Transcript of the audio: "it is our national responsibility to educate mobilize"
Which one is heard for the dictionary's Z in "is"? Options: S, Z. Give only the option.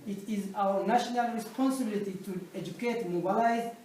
Z